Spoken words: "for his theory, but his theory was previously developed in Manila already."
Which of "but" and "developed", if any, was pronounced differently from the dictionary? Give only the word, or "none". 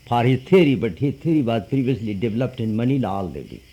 none